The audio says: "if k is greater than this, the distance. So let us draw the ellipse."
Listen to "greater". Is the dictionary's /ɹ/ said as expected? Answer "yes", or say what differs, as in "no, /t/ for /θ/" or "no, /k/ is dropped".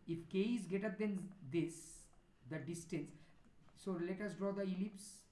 no, /ɹ/ is dropped